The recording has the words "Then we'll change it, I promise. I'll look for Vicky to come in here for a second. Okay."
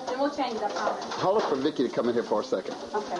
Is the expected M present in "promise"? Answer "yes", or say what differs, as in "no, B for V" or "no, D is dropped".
no, M is dropped